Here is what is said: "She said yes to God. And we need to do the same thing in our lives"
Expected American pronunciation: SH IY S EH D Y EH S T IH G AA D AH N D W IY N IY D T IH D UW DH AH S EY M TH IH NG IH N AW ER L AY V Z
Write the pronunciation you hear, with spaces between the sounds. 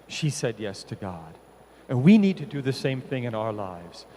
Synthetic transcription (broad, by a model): SH IY S EH D Y EH S T IH G AA D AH N W IY N IY D T IH D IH DH AH S EY M TH IH NG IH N AW ER L AY V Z